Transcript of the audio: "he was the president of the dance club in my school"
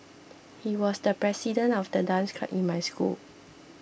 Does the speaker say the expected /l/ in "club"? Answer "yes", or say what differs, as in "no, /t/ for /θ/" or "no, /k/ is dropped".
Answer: no, /l/ is dropped